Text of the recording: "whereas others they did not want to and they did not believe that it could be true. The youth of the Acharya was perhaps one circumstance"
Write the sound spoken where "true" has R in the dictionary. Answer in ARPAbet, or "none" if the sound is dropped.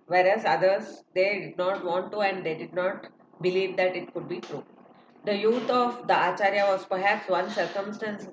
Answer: R